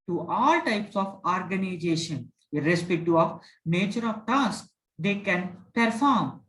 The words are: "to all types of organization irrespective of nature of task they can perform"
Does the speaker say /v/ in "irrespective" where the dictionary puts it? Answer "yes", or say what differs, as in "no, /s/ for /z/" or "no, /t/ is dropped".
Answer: no, /v/ is dropped